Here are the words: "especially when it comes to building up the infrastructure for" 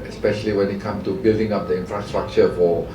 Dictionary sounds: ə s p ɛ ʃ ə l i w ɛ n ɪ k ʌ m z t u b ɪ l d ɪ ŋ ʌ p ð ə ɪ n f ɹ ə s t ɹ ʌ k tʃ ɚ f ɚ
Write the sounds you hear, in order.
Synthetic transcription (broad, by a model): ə s p ɛ ʃ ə l i w ɛ n ɪ k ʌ m t u b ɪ l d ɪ ŋ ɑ p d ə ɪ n f ɹ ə s t ɹ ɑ k tʃ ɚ f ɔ